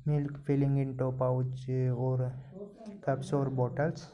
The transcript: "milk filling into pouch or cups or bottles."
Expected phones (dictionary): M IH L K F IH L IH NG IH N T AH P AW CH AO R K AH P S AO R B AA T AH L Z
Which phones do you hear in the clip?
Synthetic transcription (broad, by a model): M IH L K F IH L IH NG IH N T AH P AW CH AO R K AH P S AO R B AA T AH L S